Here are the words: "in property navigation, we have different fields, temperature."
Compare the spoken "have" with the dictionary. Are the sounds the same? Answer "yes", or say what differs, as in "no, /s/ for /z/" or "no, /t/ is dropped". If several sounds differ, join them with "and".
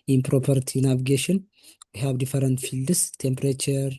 no, /b/ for /v/